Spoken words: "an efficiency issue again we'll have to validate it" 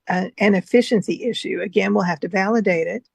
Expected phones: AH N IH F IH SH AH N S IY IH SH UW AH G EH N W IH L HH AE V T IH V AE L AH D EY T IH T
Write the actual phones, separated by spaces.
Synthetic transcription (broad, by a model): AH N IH F IH SH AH N S IY IH SH UW AH G EH N W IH L HH AE F T IH V AE L AH D EY T IH T